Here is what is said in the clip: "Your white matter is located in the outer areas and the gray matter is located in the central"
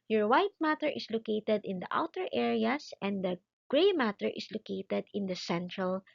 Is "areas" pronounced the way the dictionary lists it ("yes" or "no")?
no